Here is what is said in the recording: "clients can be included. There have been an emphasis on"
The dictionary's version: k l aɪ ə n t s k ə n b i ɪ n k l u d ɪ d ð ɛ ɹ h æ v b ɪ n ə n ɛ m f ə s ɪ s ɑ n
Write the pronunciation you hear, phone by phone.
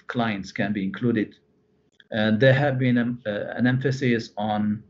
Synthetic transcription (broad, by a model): k l aɪ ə n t s k ə n b i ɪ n k l u d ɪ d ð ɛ h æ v b ɪ n ə n ɛ m f ə s ɪ s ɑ n